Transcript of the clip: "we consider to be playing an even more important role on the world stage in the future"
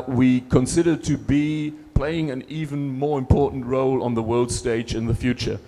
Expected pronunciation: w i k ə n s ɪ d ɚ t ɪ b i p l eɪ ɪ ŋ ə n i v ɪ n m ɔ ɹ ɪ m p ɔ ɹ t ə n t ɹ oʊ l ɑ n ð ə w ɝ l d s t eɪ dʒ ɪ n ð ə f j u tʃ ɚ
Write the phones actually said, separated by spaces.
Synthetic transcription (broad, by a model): w i k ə n s ɪ d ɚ t ɪ b i p l eɪ ɪ ŋ ə n i v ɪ n m ɔ ɹ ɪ m p ɔ ɹ t n t ɹ oʊ l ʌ n ð ə w ɝ l d s t eɪ dʒ ɪ n ð ə f j u tʃ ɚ